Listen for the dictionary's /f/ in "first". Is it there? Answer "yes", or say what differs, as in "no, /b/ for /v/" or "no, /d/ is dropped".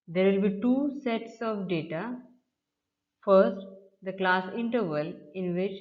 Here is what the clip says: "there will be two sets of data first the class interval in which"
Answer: yes